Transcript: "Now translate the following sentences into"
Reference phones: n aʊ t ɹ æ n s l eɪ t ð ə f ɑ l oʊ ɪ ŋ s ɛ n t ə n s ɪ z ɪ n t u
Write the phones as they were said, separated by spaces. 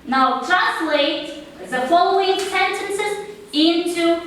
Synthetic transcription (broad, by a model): n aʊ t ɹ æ s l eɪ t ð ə f ɑ l oʊ ɪ ŋ s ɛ n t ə n s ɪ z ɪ n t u